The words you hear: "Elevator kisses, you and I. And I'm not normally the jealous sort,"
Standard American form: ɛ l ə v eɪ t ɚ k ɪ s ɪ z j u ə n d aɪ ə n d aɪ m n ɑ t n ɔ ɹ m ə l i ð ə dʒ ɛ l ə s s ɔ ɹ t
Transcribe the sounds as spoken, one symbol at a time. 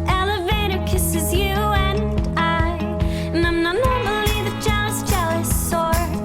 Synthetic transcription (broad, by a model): ɛ l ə v eɪ t ɚ k ɪ s ɪ z j u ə n aɪ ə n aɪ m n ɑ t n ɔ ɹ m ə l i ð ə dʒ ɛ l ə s s ɔ ɹ